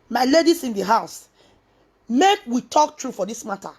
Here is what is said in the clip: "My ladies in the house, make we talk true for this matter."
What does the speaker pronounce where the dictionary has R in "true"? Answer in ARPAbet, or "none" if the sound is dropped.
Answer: R